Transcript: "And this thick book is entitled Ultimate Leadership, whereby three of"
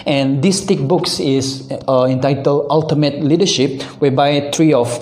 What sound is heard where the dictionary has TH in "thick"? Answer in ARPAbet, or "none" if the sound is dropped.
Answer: T